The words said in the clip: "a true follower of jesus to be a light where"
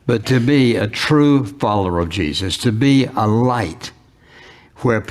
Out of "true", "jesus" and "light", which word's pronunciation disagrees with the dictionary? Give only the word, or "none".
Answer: none